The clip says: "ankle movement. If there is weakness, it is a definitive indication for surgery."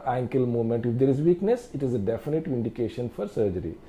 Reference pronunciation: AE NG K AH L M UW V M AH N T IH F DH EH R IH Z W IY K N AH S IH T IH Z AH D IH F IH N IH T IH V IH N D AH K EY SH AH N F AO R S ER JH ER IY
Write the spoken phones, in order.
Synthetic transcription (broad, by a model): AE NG K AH L M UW M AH N T IH F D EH R IH Z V IY K N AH S IH T IH Z AH D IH F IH N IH T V IH N D AH K EY SH AH N F AO R S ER JH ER IY